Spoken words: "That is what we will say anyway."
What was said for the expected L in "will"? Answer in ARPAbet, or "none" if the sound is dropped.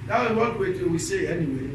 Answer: W